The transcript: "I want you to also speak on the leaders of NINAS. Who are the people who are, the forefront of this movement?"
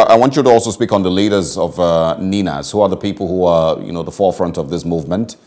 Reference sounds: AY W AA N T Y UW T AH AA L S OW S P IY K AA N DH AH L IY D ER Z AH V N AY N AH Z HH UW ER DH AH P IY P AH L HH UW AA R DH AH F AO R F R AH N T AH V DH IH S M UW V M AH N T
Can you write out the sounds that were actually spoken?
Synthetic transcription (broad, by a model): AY W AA N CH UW T AH AA L S OW S P IY K N DH AH L IY D ER Z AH V N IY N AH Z HH UW ER DH AH P IY P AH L HH UW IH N DH AH F AO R F R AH N T AH V DH IH S M UW V M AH N T